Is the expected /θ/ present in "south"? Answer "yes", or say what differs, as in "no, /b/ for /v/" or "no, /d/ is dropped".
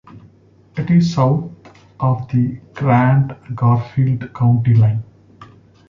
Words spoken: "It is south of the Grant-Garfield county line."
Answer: no, /t/ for /θ/